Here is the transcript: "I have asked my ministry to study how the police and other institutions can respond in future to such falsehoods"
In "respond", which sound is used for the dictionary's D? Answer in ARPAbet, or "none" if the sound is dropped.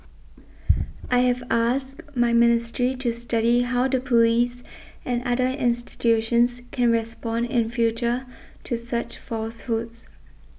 D